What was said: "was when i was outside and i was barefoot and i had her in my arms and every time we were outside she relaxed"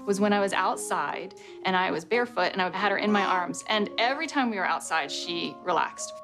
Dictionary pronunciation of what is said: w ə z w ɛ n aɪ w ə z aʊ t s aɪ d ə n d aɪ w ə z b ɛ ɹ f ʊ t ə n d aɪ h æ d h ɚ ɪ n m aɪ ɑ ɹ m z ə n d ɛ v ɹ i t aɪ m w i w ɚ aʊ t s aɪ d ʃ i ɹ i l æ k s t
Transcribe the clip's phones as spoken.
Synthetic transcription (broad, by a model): w ə z w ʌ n aɪ w ə z aʊ t s aɪ d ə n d aɪ w ə z b ɛ ɹ f ʊ t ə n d aɪ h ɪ d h ɚ ɪ n m aɪ ɑ ɹ m z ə n ɛ v ɹ i t aɪ m w i w ɚ aʊ t s aɪ d ʃ i ɹ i l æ k s t